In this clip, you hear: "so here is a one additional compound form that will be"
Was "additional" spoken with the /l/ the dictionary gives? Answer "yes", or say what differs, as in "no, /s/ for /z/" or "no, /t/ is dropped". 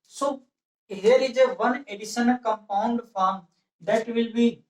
no, /n/ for /l/